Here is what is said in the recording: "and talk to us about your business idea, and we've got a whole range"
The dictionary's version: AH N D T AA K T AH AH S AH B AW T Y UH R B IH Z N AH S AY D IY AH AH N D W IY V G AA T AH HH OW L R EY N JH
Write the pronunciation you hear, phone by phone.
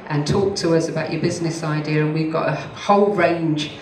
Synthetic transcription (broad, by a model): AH N T AA K T AH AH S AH B AW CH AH B IH Z N AH S AY D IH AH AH N W IY V G AA T AH HH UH L R EY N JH